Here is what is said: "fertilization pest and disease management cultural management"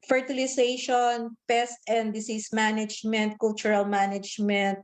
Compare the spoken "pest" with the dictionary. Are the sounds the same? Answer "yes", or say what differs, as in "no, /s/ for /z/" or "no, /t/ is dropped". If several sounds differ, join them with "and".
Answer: yes